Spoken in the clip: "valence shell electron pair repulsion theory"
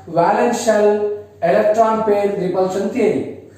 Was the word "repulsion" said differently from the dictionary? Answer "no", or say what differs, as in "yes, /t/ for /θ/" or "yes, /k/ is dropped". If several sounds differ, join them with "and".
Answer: yes, /s/ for /ʃ/